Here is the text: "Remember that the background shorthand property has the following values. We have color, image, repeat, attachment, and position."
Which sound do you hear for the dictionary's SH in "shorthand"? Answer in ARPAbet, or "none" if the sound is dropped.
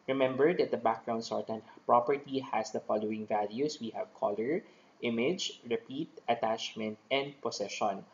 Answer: S